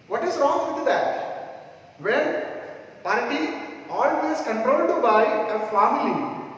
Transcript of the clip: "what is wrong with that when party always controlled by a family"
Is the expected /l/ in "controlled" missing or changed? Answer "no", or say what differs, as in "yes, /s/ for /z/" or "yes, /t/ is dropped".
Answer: yes, /l/ is dropped